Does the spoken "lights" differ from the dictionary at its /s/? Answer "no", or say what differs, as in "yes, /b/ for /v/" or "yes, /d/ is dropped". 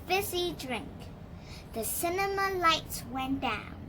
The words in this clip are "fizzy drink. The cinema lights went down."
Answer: no